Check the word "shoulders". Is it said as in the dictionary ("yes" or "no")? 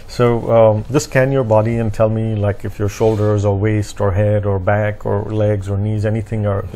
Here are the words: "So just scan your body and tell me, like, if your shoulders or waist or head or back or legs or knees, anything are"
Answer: yes